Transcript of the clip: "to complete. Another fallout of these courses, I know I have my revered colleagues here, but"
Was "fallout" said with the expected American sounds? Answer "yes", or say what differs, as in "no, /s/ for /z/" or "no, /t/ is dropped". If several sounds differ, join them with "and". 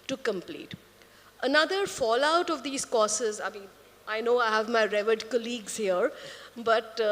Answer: yes